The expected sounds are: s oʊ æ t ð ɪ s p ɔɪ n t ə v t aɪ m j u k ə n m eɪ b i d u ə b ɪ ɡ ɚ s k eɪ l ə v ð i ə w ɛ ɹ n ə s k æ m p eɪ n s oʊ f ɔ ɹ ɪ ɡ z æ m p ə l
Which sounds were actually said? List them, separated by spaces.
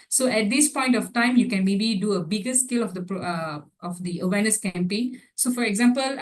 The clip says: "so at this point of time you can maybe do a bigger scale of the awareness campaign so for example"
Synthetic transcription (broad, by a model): s oʊ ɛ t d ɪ s p ɔɪ n t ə f t aɪ m j u k ə n m eɪ b i d u ə b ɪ ɡ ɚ s k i l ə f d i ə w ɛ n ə s k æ m p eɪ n s oʊ f ɔ ɹ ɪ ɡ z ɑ m p ə l